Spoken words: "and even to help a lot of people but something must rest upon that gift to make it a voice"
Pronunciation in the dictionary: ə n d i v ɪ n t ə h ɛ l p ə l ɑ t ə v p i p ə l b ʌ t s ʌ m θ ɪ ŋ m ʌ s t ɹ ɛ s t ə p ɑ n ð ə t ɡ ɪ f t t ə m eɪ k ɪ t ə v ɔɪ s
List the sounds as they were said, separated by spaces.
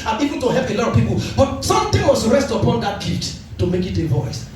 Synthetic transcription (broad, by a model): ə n i v ɪ n t ə h ɛ l p ə l ɑ t ə v p i p ə l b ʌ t s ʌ m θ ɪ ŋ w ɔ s ɹ ɛ s t ə p ɑ n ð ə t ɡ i t t ə m eɪ k ɪ t ə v ɔɪ s